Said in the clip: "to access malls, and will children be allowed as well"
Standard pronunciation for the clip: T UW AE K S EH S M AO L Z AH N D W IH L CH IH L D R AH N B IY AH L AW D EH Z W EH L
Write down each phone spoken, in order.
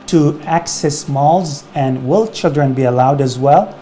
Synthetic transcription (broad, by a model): T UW AE K S EH S M AO L Z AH N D W IH L CH IH L D R AH N B IY AH L AW D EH Z W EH L